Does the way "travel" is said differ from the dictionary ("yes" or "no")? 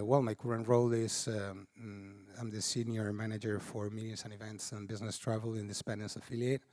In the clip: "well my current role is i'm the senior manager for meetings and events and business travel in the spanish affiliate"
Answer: no